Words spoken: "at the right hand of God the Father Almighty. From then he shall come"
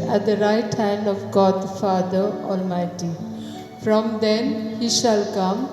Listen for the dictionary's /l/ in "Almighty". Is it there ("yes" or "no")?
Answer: yes